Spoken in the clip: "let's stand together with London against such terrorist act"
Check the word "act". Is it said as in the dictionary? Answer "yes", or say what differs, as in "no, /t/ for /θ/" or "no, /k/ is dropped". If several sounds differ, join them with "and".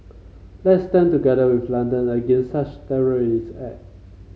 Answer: no, /k/ is dropped